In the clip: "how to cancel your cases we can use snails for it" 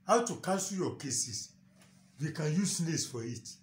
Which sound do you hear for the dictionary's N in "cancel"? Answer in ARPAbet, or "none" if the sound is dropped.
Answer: none